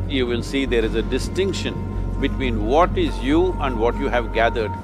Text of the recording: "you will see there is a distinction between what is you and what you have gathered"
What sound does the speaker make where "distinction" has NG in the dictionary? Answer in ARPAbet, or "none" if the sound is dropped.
NG